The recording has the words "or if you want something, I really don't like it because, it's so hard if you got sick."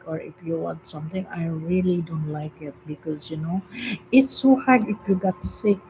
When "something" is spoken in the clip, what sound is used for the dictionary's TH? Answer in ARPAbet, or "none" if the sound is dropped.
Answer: T